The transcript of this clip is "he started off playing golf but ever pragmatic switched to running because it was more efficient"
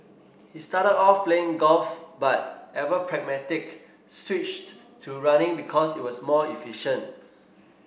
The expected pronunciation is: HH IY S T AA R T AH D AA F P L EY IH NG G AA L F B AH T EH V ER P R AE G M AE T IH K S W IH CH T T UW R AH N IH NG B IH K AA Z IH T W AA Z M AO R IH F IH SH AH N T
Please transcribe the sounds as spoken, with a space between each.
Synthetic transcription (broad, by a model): HH IY S T AA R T AH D AA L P L EY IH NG G AA L F B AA T EH V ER P R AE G M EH T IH K S W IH CH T T UW R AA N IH NG B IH K AA S IH T W AA S M AO L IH F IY SH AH N T